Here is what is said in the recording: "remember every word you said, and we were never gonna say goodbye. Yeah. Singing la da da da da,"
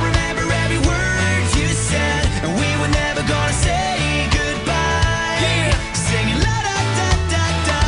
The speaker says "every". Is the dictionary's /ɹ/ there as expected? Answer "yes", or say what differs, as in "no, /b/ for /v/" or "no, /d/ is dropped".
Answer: no, /ɹ/ is dropped